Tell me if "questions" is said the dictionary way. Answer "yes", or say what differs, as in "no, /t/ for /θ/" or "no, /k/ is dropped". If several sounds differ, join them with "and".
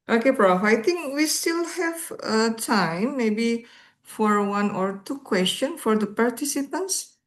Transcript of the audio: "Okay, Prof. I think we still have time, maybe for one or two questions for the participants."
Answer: no, /z/ is dropped